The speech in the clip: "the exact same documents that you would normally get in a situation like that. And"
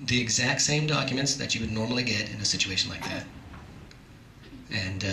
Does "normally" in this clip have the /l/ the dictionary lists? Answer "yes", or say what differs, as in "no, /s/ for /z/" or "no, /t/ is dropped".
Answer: yes